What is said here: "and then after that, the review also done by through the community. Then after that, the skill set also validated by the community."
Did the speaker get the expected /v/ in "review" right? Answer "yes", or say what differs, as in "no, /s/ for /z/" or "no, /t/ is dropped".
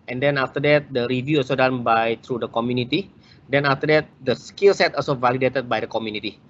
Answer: yes